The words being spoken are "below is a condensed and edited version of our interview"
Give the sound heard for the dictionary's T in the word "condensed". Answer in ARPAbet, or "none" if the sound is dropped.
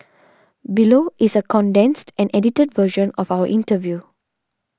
T